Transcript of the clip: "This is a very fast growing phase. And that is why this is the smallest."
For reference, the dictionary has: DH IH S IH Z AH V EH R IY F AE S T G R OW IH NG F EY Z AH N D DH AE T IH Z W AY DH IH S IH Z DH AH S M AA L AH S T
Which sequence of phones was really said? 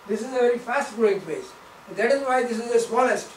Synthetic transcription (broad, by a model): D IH S IH Z AH V EH R IY F AE S T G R OW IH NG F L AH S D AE T IH Z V AY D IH S IH Z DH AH S M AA L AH S T